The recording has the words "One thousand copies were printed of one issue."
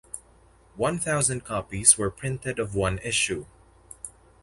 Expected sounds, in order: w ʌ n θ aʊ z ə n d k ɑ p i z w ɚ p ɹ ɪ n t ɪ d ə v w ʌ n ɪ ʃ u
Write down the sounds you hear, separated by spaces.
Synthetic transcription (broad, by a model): w ʌ n θ aʊ z ə n d k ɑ p i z w ɚ p ɹ ɪ n t ɪ d ə v w ʌ n ɪ ʃ u